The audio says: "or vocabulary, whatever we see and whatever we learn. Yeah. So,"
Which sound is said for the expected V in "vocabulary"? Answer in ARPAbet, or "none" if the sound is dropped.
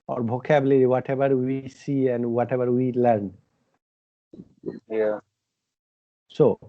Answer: B